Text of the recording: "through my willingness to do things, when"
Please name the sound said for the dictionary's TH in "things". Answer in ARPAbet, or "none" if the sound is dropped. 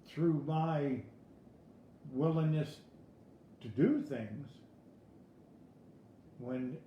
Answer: TH